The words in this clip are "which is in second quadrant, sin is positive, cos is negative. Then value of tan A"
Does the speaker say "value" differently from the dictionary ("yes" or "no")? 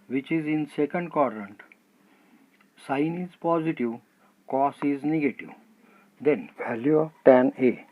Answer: no